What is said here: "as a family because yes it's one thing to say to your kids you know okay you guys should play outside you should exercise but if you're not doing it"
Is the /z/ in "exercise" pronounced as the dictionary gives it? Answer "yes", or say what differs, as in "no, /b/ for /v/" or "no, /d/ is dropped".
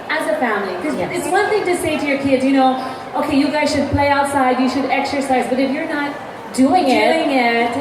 yes